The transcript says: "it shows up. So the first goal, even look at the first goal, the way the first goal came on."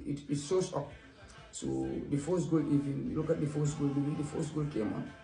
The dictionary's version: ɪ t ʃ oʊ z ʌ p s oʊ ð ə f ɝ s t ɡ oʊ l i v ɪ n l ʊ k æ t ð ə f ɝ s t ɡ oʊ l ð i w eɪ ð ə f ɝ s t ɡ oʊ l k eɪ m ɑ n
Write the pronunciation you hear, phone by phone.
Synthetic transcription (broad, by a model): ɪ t s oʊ s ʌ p s oʊ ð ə f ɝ s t ɡ oʊ l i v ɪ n l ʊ k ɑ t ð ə f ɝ s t ɡ oʊ l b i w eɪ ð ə f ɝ s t ɡ oʊ l k eɪ m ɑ n